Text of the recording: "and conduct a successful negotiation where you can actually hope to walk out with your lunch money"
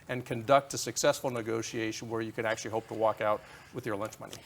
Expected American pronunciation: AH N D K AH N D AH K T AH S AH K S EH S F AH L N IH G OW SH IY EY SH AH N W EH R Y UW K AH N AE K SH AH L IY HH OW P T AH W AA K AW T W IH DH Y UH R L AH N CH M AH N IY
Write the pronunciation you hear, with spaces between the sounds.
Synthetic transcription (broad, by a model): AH N K AH N D AH K T AH S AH K S EH S F L N IH G OW SH IY EY SH AH N W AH R Y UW K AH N AE K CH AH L IY HH OW P T AH W AA K AW T W IH DH Y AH R L AH N CH M AH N IY